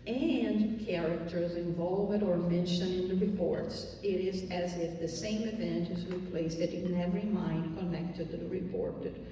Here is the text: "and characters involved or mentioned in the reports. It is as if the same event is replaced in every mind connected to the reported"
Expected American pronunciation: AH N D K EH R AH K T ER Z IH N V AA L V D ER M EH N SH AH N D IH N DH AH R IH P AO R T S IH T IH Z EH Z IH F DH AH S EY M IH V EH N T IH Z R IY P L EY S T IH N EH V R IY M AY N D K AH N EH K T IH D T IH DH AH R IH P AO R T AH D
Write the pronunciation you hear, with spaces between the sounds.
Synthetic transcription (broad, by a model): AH N K EH R AH K T ER Z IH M V AA L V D ER M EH N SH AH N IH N DH AH R IH P AO R T S IH T IH Z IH Z IH F DH AH S EY M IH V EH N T IH Z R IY P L EY S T IH N EH V R IY M AY N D K AH N EH K T IH D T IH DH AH R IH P AO R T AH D